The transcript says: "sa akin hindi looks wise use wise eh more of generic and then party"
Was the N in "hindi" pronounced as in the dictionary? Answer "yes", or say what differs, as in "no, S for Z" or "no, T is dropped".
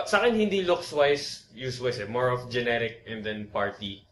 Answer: yes